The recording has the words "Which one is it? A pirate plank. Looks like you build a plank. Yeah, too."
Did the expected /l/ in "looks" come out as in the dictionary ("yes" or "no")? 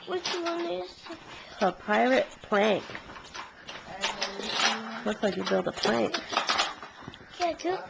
no